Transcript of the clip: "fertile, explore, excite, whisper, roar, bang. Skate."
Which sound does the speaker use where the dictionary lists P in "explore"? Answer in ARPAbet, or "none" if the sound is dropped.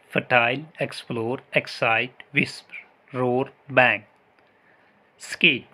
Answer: P